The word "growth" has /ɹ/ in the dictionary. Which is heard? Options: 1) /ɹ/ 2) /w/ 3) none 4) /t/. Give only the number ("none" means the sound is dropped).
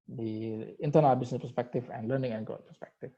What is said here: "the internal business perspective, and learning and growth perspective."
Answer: 3